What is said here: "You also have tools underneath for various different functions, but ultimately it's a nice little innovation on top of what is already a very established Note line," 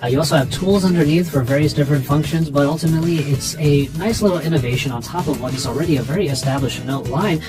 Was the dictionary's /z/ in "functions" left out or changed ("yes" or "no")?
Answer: no